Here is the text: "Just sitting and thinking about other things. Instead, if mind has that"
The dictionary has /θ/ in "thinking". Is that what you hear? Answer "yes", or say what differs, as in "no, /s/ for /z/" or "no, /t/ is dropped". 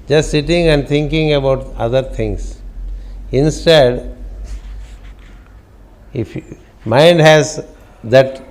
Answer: no, /t/ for /θ/